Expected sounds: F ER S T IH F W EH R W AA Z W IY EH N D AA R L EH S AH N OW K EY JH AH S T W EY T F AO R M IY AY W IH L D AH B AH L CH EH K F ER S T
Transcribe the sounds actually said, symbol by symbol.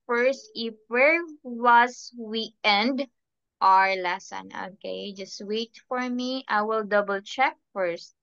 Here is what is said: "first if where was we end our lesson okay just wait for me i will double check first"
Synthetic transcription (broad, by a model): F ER S T IH F W EH R W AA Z W IY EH N D AA R L EH S AH N OW K EY JH AH S T W EY T F AO R M IY AY W IH L D AH B AH L CH EH K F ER S T